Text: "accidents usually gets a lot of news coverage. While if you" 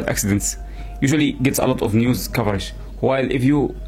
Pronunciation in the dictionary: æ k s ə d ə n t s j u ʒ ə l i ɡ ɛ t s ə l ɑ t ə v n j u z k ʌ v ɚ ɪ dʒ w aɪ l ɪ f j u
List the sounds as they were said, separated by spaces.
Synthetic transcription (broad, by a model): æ k s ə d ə n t s j u ʒ ə l i ɡ ɛ t s ə l ɑ t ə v n j u z k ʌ v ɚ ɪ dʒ w aɪ l ɪ f j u